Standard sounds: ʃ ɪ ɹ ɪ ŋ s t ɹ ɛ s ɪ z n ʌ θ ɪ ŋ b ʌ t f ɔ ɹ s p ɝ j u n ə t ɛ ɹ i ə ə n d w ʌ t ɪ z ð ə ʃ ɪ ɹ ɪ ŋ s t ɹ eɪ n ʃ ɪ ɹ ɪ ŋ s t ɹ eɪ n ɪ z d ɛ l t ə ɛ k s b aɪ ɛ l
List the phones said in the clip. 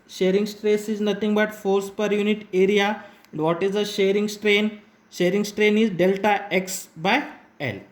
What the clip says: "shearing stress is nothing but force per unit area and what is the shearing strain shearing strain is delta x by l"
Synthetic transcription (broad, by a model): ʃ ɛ ɹ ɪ ŋ s t ɹ ɛ s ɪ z n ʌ t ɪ ŋ b ʌ t f ɔ ɹ s p ɝ j u n ə t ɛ ɹ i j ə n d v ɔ t ɪ z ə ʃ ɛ ɹ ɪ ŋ s t ɹ eɪ n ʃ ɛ ɹ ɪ ŋ s t ɹ eɪ n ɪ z d ɛ l t ə ɛ k s b aɪ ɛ l